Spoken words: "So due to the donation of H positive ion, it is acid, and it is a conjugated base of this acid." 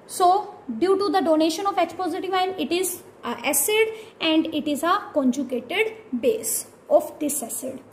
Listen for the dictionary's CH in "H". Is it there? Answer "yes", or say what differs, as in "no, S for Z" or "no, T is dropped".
no, S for CH